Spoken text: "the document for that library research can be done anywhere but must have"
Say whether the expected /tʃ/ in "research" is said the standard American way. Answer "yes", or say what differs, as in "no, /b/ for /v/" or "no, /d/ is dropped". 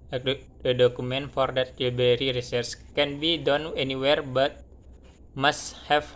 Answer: no, /s/ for /tʃ/